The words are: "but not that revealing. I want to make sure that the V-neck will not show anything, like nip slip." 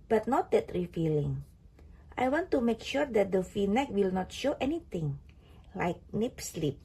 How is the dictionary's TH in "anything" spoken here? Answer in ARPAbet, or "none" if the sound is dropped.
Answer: T